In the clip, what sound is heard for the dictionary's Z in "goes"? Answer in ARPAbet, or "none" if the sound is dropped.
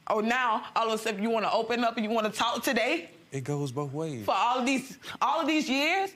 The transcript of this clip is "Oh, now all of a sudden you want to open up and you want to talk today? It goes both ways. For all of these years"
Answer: Z